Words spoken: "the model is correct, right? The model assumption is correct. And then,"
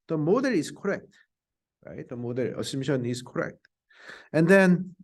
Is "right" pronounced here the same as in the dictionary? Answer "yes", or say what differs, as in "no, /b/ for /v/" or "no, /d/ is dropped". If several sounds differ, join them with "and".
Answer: yes